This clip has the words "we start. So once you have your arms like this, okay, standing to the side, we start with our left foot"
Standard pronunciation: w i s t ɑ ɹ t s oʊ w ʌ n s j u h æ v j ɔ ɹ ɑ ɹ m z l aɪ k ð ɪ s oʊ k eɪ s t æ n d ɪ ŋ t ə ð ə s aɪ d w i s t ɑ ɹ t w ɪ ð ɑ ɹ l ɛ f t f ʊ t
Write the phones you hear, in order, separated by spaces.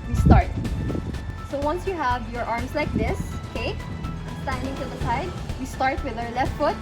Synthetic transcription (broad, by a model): w i s t ɑ ɹ t s oʊ w ʌ n s j u h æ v j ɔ ɹ ɑ ɹ m s l aɪ k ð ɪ s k eɪ s t æ n d ɪ ŋ t ə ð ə s aɪ d w i s t ɑ ɹ t w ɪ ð ɑ ɹ l ɛ f t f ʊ t